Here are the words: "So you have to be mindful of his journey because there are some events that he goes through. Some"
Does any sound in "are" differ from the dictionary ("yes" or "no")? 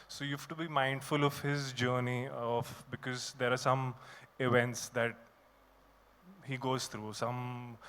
no